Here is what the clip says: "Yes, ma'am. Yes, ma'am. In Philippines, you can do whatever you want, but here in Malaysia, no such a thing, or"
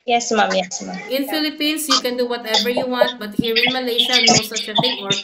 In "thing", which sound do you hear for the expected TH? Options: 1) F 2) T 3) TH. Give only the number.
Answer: 1